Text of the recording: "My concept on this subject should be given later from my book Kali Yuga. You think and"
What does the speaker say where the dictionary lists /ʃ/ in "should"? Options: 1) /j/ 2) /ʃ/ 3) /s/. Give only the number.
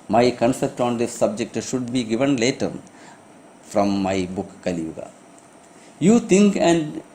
2